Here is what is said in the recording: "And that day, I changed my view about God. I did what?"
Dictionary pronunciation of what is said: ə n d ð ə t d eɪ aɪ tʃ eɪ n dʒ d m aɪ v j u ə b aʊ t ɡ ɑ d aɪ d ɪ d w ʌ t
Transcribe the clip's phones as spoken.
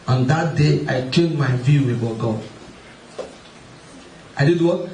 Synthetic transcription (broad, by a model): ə n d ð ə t d eɪ aɪ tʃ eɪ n m aɪ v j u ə ɔ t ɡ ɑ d aɪ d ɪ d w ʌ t